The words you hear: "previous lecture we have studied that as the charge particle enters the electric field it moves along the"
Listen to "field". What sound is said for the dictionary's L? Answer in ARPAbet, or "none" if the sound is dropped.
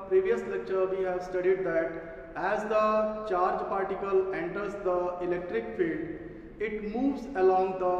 L